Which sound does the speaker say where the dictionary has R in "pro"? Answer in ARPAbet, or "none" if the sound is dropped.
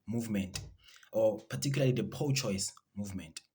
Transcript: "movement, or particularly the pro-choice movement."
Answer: none